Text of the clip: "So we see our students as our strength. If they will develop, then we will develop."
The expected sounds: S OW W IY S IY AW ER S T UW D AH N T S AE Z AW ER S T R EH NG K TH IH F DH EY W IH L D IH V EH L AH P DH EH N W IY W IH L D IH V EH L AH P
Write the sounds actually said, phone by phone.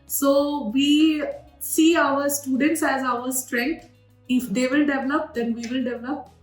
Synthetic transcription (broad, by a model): S OW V IY S IY AW ER S T UW D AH N T S AE Z AW ER S T R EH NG K T IH F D EY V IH L D IH V EH L AH P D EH N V IY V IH L D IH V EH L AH P